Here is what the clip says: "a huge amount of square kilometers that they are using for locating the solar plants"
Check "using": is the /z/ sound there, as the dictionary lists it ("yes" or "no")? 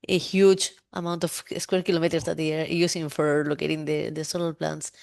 no